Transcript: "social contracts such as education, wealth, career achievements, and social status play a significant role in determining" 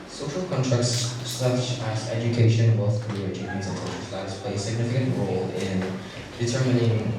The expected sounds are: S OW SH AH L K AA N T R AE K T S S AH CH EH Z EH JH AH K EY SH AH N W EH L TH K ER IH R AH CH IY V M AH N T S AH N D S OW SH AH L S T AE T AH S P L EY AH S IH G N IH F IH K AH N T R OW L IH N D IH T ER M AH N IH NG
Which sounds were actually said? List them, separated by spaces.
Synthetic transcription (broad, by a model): S OW SH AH L K AA N T R AE K T S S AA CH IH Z EH JH AH K EY SH AH N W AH TH K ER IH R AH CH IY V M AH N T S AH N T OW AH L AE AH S P L EY AH S IH G N IH F IH K AH N T R OW L IH N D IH T ER M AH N IH NG